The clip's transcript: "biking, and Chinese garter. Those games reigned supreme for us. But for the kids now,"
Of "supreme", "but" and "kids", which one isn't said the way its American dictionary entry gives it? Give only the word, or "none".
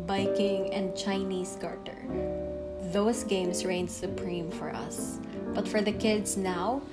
kids